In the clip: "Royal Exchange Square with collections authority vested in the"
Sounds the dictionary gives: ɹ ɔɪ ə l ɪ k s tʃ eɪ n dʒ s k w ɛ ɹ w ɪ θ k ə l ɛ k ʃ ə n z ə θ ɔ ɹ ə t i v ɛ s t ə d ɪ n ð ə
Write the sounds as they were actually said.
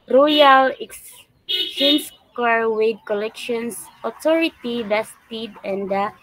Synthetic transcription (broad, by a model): ɹ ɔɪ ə l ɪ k s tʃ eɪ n s k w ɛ ɹ w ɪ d k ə l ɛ k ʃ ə n s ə t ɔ ɹ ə t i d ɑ s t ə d ɪ n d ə